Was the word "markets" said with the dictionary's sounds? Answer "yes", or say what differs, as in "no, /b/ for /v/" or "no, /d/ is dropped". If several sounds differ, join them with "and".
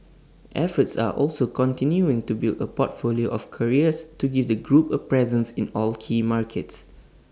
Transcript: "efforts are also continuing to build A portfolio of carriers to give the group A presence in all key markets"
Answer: yes